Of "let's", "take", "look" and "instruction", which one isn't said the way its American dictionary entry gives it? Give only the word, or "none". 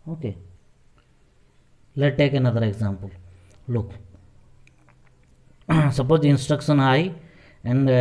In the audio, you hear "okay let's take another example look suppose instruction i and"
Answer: let's